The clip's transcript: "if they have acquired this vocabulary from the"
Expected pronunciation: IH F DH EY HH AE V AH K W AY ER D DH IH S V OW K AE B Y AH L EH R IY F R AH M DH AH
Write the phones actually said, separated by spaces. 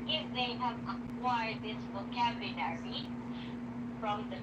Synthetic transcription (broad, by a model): IH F DH EY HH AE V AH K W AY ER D DH IH S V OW K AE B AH N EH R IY F R AH M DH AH